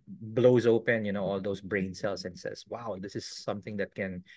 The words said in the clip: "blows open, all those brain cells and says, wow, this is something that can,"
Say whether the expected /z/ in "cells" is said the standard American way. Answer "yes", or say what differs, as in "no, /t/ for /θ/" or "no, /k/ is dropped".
no, /s/ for /z/